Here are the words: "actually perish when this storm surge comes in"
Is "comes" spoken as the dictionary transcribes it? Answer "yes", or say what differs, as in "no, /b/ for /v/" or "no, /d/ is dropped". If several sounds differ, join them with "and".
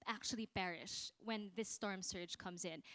yes